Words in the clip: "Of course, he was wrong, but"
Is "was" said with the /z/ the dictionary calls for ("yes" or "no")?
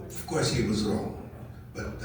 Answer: yes